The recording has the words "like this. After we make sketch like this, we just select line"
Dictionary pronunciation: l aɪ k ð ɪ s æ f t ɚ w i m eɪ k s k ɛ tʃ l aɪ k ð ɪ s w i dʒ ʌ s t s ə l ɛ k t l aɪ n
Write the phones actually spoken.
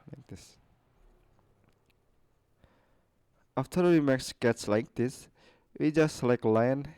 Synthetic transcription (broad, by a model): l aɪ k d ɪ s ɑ f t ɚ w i m eɪ k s k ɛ s l aɪ k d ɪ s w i dʒ ʌ s t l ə ɪ k l aɪ n